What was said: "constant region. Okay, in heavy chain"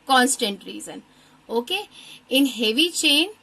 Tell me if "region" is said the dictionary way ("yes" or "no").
no